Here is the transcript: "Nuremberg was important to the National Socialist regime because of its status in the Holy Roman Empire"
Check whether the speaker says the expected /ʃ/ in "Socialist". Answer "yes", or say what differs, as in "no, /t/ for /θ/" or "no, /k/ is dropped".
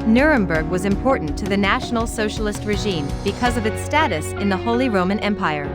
yes